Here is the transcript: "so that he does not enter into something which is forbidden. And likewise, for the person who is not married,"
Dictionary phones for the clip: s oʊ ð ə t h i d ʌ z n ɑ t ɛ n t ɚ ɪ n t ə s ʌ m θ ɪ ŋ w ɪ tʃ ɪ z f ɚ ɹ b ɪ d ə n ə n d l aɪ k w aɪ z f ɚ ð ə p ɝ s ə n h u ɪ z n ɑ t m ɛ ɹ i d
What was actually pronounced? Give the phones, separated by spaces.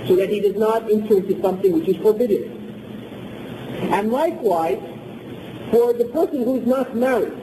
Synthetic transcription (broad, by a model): s oʊ ð ə t h i d ʌ z n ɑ t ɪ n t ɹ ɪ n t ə s ʌ m θ ɪ ŋ w ɪ tʃ ɪ z f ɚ ɹ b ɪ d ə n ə n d l aɪ k w aɪ z f ɚ ð ə p ɝ s ə n h u ɪ z n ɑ t m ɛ ɹ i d